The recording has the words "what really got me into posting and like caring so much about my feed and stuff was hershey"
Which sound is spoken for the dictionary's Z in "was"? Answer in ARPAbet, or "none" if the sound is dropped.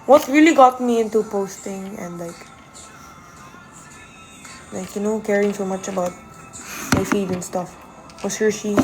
S